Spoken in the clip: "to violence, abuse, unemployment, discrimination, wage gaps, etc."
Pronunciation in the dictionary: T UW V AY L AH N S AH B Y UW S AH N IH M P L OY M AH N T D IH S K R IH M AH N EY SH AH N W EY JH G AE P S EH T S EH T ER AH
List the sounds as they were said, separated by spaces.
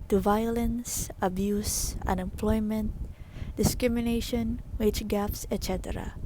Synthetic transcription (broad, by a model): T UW V AY L AH N S AH B Y UW S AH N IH M P L OY M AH N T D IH S K R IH M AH N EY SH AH N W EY CH G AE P S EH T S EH T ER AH